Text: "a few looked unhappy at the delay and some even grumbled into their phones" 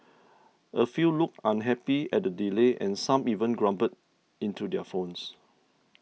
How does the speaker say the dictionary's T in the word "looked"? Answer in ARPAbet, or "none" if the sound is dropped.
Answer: none